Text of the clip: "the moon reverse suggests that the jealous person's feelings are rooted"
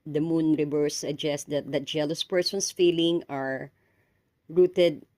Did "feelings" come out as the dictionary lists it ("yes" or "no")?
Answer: no